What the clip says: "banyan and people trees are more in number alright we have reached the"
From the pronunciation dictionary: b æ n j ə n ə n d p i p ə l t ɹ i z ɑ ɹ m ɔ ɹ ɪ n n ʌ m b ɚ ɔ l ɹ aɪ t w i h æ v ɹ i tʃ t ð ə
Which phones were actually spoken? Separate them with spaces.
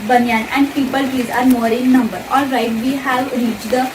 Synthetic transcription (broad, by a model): b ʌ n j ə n ə n d p i p ə l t i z ɑ ɹ m ɔ ɹ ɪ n n ʌ m b ɚ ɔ ɹ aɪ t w i h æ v ɹ i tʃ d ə